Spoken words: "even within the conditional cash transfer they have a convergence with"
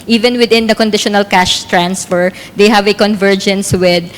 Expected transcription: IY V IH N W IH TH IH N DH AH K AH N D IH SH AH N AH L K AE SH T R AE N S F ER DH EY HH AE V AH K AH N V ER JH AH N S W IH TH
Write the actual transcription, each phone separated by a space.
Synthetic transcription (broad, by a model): IY V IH N W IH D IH N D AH K AH N D IH SH AH N AH L K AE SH T R AE N S F ER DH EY HH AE V AH K AH N V ER JH AH N S W IH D